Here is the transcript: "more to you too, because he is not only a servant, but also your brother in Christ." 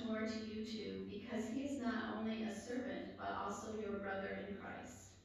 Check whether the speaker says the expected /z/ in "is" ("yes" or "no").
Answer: yes